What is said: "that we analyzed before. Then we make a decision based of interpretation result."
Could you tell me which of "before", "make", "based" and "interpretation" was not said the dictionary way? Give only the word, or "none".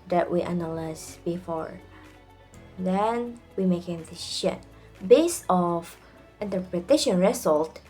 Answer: based